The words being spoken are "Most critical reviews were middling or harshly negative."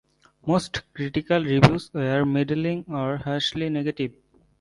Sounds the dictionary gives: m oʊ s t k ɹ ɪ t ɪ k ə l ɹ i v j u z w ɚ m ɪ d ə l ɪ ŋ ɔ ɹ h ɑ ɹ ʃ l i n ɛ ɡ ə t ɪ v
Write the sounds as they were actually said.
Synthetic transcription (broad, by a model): m oʊ s t k ɹ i t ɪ k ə l ɹ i b j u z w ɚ m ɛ d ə l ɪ ŋ ɔ ɹ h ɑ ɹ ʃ l i n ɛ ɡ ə t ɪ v